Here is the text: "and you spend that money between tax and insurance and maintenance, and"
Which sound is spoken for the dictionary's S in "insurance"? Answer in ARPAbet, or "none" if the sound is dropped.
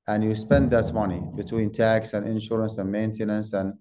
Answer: S